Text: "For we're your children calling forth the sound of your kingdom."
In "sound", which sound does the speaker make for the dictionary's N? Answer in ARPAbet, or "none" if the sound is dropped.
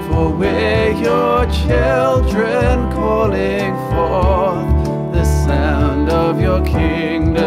N